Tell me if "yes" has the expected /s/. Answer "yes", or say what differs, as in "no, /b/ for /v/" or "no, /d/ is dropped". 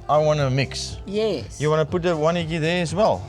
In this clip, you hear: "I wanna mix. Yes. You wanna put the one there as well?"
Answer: no, /s/ is dropped